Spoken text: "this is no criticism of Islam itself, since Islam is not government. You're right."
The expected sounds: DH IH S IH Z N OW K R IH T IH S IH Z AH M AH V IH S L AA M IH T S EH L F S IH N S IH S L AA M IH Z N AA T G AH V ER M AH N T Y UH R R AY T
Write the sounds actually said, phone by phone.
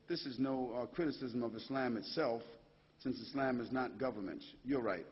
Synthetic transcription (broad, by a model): DH IH S IH Z N OW K R IH T IH S IH Z AH M AH V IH S L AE M IH T S EH L F S IH N S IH S L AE M IH Z N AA T G AH V ER M AH N T Y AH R R AY T